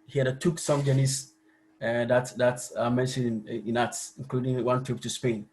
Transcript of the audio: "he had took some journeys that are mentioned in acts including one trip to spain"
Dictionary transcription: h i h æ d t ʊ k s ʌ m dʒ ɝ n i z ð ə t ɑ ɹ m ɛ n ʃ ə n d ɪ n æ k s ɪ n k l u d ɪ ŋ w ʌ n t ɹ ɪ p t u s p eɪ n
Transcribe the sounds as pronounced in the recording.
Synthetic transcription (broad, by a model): h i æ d t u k s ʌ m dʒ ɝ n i s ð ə t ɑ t m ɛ n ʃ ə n ɪ n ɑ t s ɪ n k l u d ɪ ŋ w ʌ n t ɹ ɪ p t u s p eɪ n